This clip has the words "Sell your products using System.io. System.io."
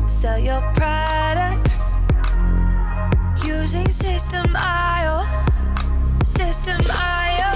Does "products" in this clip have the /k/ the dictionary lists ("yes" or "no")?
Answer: yes